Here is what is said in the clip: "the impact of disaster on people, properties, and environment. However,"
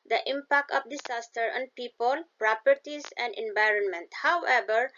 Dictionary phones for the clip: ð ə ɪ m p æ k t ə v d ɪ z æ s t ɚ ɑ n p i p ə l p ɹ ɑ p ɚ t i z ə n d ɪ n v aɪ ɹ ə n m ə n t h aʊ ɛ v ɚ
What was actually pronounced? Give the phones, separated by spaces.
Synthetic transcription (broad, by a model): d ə ɪ m p æ k t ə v d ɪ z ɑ s t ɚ ɑ n p i p ə l p ɹ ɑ p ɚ t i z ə n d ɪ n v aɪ ɹ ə n m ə n t h aʊ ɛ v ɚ